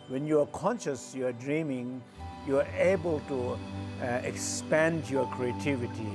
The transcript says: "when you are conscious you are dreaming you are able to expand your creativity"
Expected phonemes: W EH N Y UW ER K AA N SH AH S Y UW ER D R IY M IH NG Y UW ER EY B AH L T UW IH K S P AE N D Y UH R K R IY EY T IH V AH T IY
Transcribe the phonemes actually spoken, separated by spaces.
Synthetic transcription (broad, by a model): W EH N Y UW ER K AA N SH AH S Y UW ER D R IY M IH NG Y UW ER EY B AH L T UW IH K S P AE N D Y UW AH K R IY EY T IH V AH T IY